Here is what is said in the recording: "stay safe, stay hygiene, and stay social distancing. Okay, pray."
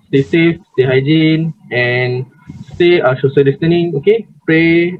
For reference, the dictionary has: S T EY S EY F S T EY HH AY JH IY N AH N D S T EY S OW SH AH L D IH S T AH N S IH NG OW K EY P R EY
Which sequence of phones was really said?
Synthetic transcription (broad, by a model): S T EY S EY F S T EY HH AY JH IY N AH N S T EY SH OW S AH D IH S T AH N IH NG OW K EY P R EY